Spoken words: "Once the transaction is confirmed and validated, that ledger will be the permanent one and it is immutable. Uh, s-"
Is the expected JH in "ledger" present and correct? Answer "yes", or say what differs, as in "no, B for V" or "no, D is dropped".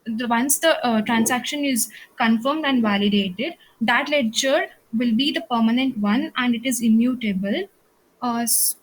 no, CH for JH